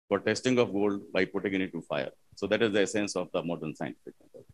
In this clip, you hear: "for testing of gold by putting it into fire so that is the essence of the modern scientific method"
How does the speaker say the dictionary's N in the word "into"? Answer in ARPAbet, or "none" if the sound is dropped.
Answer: none